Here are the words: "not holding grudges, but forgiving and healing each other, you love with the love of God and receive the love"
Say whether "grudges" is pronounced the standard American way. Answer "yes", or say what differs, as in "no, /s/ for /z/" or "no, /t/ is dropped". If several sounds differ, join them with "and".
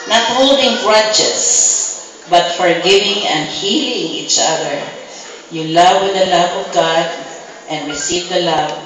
no, /tʃ/ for /dʒ/ and /s/ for /z/